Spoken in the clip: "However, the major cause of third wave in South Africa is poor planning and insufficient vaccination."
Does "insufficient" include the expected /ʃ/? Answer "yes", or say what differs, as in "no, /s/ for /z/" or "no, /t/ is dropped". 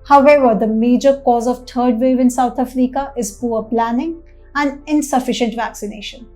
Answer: yes